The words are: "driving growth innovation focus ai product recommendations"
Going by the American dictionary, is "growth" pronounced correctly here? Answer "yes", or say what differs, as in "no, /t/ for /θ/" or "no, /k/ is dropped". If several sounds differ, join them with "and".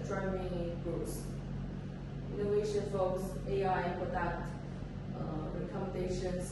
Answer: no, /s/ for /θ/